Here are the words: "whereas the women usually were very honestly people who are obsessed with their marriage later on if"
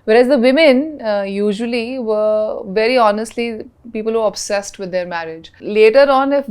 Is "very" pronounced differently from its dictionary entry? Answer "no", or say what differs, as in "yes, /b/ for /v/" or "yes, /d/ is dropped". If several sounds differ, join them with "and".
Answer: no